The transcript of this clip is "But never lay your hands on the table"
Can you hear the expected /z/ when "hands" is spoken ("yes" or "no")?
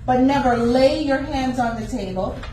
yes